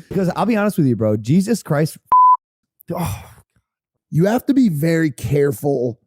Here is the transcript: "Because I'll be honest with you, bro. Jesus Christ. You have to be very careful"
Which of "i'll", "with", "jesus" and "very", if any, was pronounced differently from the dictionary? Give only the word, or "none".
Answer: none